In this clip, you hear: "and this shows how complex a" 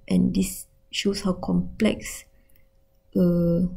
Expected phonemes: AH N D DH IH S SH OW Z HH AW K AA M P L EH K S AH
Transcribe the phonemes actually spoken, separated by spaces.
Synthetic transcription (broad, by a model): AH N D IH S SH OW S HH AW K AA M P L EH K S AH